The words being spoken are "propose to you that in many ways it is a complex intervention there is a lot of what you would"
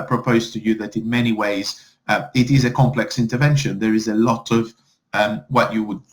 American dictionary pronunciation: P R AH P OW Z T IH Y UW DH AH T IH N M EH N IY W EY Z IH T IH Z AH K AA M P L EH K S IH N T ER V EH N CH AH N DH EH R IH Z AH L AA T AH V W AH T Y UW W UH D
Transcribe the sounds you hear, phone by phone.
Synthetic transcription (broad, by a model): P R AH P OW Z T IH Y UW DH AH T IH N M EH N IY W EY Z IH T IH Z AH K AA M P L EH K S IH N T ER V EH N SH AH N DH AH R IH Z AH L AA T AH V W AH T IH W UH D